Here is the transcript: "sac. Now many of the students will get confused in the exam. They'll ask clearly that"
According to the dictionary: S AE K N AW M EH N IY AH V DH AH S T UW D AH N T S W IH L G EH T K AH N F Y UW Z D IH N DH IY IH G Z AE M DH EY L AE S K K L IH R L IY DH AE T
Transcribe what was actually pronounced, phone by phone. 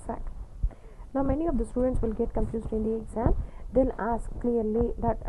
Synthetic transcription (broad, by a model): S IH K N AW M EH N IY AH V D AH S T UW D AH N T S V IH L G EH T K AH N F Y UW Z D IH N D IY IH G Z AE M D EY L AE S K K L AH R L IY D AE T